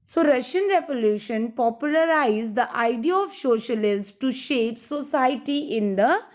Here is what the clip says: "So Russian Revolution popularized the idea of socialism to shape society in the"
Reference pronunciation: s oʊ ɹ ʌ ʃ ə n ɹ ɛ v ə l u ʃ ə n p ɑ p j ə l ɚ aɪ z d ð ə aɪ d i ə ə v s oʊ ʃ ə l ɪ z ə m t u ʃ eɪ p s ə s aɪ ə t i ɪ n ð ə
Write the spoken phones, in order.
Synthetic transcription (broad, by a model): s oʊ ɹ ʌ ʃ ə n ɹ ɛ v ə l u ʃ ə n p ɑ p j ə l ɚ aɪ z d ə aɪ d i ə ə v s oʊ ʃ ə l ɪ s t u ʃ eɪ p s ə s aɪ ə t i ɪ n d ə